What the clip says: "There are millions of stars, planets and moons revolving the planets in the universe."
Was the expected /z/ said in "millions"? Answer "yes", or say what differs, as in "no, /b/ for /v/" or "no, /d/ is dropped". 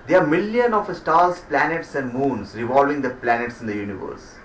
no, /z/ is dropped